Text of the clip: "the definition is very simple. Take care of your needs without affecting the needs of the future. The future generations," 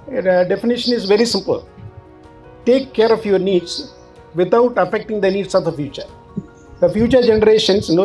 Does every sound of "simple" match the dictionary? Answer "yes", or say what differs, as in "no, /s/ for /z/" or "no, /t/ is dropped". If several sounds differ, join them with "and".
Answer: yes